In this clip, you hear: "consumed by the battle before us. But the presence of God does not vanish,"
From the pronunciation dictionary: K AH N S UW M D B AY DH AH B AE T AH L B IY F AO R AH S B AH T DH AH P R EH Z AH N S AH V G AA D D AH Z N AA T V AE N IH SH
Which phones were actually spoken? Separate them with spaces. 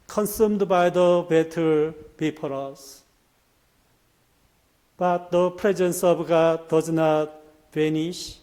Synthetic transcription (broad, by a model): K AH N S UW M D B AY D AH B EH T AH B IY P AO R AH S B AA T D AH P R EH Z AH N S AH B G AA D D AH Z N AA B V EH N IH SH